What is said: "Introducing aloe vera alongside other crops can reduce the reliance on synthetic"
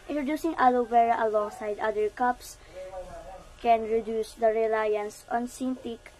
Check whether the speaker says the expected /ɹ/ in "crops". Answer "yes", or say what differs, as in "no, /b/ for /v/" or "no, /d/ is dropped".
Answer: no, /ɹ/ is dropped